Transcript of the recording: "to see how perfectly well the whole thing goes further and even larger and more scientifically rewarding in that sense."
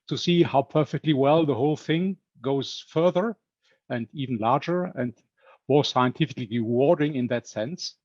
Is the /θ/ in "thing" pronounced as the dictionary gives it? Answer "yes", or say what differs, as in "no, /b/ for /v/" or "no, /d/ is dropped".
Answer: yes